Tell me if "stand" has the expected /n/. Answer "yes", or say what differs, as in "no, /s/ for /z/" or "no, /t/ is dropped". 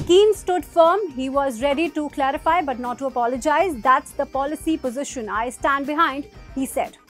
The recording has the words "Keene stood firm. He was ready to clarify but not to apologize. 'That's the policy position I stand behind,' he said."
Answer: yes